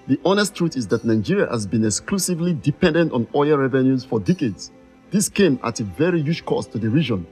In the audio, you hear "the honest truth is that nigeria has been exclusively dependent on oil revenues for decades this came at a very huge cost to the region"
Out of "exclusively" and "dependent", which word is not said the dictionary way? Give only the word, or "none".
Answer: none